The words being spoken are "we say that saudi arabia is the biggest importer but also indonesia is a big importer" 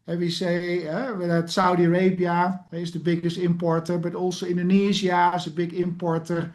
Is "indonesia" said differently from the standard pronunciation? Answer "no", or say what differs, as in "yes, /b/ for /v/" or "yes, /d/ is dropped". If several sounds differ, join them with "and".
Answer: yes, /z/ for /ʒ/